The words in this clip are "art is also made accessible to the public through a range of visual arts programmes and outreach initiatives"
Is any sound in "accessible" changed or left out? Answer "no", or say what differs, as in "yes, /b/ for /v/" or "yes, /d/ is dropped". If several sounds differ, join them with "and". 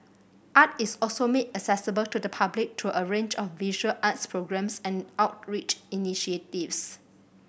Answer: yes, /k/ is dropped